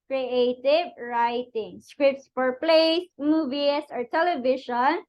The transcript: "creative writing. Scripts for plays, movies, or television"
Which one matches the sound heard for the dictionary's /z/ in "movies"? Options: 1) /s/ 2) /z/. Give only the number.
1